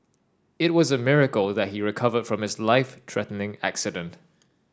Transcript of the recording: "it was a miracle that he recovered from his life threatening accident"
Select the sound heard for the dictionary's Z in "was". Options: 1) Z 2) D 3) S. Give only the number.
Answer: 1